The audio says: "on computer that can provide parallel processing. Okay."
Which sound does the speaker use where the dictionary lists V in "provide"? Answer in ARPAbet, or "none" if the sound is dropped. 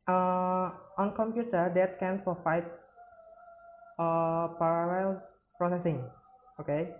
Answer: F